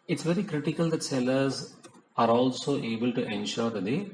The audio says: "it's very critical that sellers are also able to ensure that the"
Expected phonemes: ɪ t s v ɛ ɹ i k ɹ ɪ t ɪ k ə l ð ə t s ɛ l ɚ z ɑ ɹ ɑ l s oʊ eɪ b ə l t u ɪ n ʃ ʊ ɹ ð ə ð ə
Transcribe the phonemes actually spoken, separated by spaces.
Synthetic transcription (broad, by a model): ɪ t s v ɛ ɹ i k ɹ ɪ t ɪ k ə l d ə t s ɛ l ɚ z ɑ ɹ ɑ l s oʊ eɪ b ə l t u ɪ n ʃ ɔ ɹ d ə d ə